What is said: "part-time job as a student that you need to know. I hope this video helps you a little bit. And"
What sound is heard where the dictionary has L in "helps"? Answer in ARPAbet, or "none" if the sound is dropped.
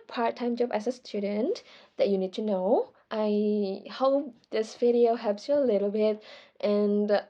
none